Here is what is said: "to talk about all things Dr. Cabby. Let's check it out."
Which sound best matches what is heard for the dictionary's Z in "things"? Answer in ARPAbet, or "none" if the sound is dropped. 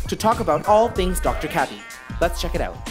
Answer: Z